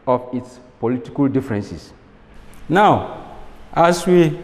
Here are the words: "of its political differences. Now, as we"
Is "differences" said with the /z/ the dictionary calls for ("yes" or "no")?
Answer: no